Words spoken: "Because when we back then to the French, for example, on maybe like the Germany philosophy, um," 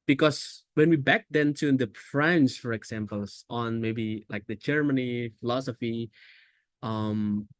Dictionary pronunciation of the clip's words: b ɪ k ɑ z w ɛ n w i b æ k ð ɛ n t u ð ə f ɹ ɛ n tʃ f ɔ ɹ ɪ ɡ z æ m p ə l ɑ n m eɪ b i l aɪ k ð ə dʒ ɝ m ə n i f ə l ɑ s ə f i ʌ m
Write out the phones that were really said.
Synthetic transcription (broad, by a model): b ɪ k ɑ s w ɛ n w i b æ k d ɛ n t u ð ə f ɹ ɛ n s f ɔ ɹ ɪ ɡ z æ m p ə l ɑ n m eɪ b i l aɪ k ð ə dʒ ɝ m ə n i f ə l ɑ s ə f i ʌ m